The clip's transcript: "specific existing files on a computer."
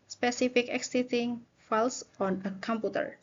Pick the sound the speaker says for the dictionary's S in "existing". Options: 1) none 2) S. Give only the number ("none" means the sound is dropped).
1